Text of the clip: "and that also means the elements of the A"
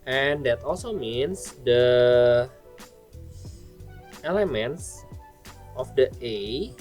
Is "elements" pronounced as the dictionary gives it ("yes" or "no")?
yes